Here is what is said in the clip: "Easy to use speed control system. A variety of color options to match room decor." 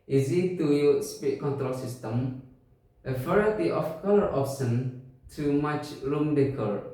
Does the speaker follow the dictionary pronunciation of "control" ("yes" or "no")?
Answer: yes